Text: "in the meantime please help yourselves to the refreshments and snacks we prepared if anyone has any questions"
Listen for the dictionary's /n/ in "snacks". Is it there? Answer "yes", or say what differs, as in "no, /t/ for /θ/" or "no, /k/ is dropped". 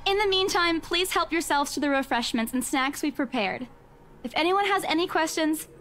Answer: yes